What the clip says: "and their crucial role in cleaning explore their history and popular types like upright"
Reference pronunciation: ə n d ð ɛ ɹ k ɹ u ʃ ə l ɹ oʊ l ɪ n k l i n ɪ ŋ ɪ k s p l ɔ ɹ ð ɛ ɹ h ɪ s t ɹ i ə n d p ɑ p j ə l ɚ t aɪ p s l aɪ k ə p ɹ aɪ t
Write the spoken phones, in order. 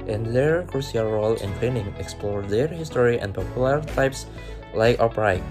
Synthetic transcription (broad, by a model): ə n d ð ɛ ɹ k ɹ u s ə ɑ ɹ oʊ l ɪ n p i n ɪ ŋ ɪ k s p l ɔ ɹ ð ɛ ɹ h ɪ s t ɹ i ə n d p ɑ p j ə l ɚ t aɪ p s l aɪ k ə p ɹ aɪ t